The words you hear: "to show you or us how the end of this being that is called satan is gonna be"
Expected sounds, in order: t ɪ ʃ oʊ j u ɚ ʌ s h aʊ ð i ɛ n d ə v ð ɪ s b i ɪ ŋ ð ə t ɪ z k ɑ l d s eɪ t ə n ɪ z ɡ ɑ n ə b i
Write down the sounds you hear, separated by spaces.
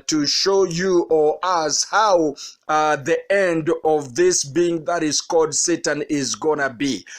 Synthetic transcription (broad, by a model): t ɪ ʃ oʊ j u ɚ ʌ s h aʊ ð i ɛ n d ə v ð ɪ s b i ɪ ŋ ð ə t ɪ z k ɑ l d s eɪ t ə n ɪ z ɡ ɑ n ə b i